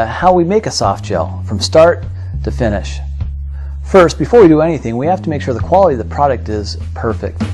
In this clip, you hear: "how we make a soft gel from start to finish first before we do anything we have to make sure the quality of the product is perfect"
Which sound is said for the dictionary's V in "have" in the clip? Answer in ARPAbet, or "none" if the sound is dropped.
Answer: F